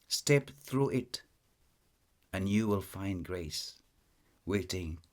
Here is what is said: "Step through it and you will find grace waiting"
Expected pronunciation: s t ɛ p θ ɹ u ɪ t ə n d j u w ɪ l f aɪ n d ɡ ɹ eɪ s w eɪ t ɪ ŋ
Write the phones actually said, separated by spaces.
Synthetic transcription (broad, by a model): s t ɛ p θ ɹ u ɪ t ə n j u w ɪ l f aɪ n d ɡ ɹ eɪ s w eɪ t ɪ ŋ